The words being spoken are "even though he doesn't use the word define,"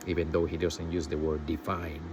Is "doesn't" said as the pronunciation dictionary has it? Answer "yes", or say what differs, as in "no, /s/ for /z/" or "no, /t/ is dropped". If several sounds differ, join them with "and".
no, /s/ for /z/